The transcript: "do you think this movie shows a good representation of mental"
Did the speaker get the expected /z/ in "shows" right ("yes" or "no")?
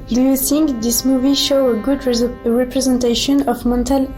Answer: no